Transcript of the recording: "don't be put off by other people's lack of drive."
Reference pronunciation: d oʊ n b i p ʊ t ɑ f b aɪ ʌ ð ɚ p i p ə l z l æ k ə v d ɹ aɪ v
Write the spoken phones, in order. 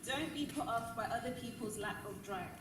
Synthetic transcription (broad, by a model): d oʊ n b i p ʊ t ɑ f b aɪ ʌ ð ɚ p i p ə l z l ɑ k ə v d ɹ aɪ